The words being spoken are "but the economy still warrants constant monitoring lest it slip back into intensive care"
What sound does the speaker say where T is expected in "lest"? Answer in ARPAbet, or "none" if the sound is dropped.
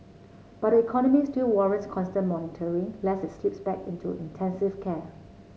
none